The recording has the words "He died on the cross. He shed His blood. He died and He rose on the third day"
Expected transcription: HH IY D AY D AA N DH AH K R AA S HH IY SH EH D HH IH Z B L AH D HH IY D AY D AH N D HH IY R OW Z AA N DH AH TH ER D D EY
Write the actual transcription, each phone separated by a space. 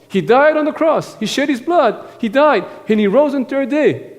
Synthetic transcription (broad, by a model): HH IY D AY D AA N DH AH K R AA S HH IY SH EH D HH IH Z B L AH D HH IY D AY D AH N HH IY R OW Z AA N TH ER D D EY